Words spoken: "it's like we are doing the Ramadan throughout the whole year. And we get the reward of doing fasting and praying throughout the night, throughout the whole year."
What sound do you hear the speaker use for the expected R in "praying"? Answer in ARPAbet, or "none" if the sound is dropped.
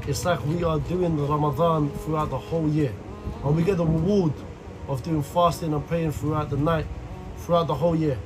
none